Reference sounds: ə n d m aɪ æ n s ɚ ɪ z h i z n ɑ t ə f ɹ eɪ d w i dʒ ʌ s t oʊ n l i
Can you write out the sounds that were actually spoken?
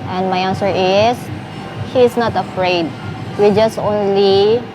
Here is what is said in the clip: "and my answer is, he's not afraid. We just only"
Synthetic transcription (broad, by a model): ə n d m aɪ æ n s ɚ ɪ s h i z n ɑ t ə f ɹ eɪ d w i dʒ ʌ s t oʊ n l i